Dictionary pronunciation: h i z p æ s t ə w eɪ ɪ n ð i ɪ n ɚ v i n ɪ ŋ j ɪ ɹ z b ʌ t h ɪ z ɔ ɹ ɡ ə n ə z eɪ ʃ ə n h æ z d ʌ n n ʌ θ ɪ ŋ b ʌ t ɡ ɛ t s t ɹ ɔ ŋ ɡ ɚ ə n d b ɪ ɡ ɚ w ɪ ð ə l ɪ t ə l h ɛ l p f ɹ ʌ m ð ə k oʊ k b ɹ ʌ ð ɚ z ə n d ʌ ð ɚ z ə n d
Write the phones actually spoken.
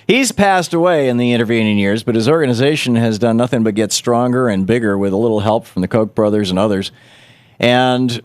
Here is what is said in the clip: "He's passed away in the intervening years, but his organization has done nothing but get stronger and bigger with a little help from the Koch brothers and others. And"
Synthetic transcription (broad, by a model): h i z p æ s t ə w eɪ ɪ n ð i ɪ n ɚ v i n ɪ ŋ j ɪ ɹ z b ʌ t h ɪ z ɔ ɹ ɡ ə n ə z eɪ ʃ ə n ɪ z d ʌ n n ʌ θ ɪ ŋ b ʌ t ɡ ɛ t s t ɹ ɔ ŋ ɡ ɚ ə n b ɪ ɡ ɚ w ɪ ð ə l ɪ t l h ɛ l p f ɹ ʌ m ð ə k oʊ k b ɹ ʌ ð ɚ z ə n ʌ ð ɚ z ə n